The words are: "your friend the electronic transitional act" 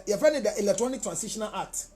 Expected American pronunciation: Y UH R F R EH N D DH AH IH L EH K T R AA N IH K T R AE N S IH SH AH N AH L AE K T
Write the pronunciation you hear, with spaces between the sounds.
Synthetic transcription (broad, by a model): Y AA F EH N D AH IH L EH K T R AA N IH K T R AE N S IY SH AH N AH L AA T